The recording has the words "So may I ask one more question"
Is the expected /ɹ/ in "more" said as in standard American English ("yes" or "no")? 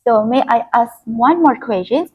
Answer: yes